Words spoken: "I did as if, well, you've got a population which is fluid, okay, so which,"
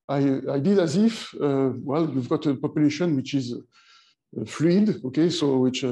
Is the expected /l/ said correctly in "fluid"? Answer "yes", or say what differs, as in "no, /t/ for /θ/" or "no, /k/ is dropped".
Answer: yes